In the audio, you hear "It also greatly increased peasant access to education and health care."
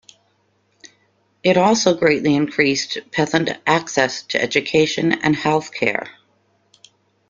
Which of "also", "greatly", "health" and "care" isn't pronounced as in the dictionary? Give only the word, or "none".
none